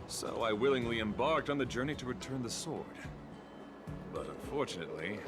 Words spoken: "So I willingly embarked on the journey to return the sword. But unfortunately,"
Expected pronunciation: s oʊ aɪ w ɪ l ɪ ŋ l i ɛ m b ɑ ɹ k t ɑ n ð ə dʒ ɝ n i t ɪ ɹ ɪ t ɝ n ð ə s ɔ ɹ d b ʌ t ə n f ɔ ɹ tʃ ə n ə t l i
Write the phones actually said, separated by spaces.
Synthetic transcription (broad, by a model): s oʊ aɪ w ɪ l ɪ ŋ l i ɛ m b ɑ ɹ k t n ð ə dʒ ɝ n i t ɪ ɹ ɪ t ɝ n ð ə s ɔ ɹ d b ʌ t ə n f ɔ ɹ tʃ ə n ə t l i